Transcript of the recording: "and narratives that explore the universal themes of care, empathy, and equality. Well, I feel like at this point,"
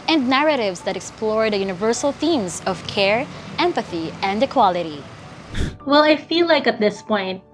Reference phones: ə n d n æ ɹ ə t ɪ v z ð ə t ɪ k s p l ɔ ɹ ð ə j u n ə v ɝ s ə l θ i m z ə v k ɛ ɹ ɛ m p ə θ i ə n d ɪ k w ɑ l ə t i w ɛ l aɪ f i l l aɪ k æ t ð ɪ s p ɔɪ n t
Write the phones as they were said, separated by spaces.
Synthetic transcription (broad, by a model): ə n d n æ ɹ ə t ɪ v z ð ə t ɪ k s p l ɔ ɹ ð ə j u n ə v ɝ s ə l θ i m z ə v k ɛ ɹ ɛ m p ə θ i ə n d ɪ k w ɑ l ə t i w ɛ l aɪ f i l l aɪ k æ t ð ɪ s p ɔɪ n t